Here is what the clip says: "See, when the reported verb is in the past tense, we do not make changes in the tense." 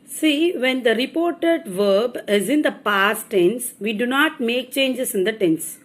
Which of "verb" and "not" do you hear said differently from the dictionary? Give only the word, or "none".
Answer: none